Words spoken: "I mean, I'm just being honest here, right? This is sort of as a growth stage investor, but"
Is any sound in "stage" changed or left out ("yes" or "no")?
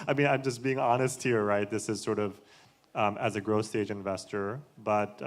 no